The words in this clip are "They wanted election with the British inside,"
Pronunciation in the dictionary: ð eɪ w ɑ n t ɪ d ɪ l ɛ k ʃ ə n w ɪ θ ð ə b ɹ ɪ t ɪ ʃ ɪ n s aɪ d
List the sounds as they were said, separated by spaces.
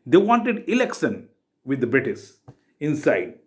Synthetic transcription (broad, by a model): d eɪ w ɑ n t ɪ d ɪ l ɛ k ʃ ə n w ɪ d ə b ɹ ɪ t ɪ s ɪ n s aɪ d